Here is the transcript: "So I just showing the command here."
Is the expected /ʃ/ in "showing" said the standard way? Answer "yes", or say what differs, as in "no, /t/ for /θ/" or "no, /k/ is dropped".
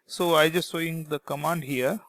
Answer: no, /s/ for /ʃ/